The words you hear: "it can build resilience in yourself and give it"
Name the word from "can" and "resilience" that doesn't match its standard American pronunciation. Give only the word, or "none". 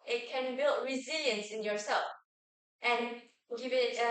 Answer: none